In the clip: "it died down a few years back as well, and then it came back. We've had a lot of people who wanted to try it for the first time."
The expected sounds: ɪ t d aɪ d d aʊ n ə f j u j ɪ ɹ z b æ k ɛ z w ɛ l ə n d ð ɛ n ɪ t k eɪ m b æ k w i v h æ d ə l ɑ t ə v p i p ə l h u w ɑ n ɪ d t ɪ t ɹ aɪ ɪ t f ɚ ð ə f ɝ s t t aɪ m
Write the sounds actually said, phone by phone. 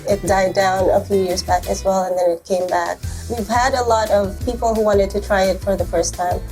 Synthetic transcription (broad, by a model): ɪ t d aɪ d d aʊ n ə f j u j ɪ ɹ z b æ k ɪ z w ɛ l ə n ð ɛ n ɪ t k eɪ m b æ k w i v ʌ d ə l ɑ t ə v p i p l h u w ɑ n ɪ d t ɪ t ɹ aɪ ɪ t f ɚ ð ə f ɝ s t t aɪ m